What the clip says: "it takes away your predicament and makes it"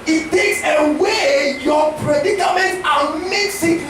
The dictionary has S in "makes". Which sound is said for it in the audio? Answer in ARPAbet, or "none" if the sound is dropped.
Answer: S